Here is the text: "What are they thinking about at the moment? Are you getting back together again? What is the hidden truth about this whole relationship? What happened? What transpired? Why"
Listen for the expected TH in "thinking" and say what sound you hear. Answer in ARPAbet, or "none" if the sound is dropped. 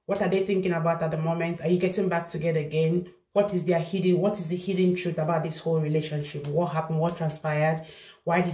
TH